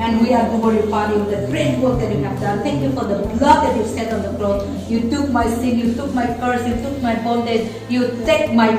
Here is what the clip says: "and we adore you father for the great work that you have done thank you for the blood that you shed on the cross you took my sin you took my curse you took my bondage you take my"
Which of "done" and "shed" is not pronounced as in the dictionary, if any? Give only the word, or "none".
shed